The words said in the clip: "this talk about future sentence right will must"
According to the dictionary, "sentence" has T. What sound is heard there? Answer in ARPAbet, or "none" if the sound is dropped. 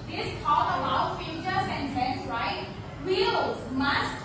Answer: S